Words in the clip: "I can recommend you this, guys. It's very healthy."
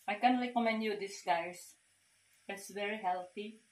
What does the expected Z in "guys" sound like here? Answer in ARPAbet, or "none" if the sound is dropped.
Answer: S